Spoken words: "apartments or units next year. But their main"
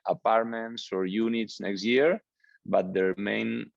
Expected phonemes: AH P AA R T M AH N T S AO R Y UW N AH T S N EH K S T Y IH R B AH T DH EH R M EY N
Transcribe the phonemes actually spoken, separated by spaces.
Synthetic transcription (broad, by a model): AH P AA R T M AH N T S AO R Y UW N AH T S N EH K S T Y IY R B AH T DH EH R M EY N